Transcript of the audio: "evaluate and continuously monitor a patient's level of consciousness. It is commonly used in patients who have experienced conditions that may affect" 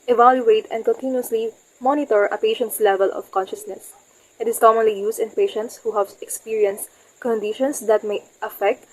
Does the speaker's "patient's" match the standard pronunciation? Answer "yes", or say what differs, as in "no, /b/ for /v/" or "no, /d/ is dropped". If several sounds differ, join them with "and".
yes